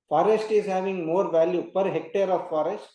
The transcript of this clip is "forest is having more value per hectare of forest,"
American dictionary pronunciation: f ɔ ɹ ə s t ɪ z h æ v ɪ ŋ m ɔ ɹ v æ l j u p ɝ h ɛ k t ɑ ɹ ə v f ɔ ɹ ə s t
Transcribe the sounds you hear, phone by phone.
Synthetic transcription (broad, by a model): f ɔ ɹ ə s t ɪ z h æ v ɪ ŋ m ɔ ɹ v æ l j u p ɝ h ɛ k t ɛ ɹ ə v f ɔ ɹ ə s t